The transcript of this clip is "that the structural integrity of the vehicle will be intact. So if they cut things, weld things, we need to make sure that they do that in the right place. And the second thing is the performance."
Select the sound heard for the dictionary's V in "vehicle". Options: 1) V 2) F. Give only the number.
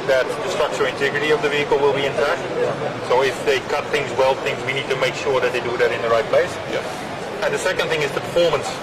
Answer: 1